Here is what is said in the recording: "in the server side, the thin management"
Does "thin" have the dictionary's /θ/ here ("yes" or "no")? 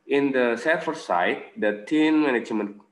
no